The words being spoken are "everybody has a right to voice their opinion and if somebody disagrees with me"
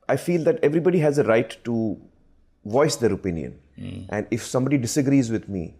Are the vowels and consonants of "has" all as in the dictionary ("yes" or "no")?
yes